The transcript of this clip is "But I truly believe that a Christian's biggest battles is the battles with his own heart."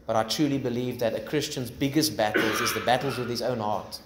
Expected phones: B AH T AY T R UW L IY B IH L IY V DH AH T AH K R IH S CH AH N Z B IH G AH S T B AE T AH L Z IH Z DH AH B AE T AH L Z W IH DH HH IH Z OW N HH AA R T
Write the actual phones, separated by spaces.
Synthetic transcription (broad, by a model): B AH T AY T R UW L IY B IH L IY V DH AH T AH K R IH S CH AH N Z B IH G AH S T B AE T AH L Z IH Z DH AH B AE T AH L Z W IH DH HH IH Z OW N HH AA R T